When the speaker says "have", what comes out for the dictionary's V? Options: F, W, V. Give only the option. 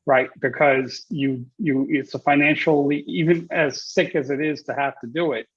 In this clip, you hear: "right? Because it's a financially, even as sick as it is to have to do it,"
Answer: F